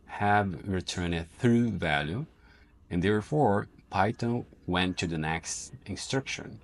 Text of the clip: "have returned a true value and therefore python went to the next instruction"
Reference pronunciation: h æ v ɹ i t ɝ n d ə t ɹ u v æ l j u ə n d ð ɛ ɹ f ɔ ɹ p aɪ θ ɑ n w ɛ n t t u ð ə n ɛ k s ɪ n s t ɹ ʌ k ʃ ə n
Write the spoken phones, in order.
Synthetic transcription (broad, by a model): h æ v ɹ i t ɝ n ə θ ɹ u v æ l j u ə n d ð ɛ ɹ f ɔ ɹ p aɪ t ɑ w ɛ n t t u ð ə n ɛ k s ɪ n s t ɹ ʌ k ʃ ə n